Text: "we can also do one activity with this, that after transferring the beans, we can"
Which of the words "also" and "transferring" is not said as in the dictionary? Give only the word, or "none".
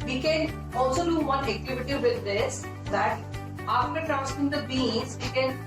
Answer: transferring